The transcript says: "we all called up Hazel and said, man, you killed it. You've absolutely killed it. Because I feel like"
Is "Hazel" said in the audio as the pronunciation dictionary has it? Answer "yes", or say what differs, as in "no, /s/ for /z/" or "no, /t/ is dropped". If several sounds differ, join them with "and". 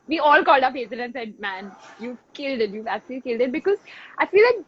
no, /n/ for /l/